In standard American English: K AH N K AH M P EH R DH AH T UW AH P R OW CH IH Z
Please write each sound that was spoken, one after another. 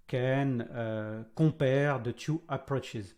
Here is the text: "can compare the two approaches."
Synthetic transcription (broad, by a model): K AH N K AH P EH R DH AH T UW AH P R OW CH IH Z